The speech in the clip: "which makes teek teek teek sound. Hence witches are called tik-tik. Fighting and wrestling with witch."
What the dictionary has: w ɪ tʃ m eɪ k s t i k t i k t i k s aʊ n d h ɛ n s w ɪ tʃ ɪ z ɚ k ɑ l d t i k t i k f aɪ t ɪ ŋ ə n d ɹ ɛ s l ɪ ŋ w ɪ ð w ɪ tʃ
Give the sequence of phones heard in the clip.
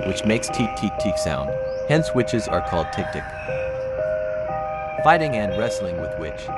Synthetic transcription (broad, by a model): w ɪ tʃ m eɪ k s t i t i t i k s aʊ n d h ɛ n s w ɪ tʃ ɪ z ɚ k ɑ l d t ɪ k t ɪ k f aɪ t ɪ ŋ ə n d ɹ ɛ s l ɪ ŋ w ɪ ð w ɪ tʃ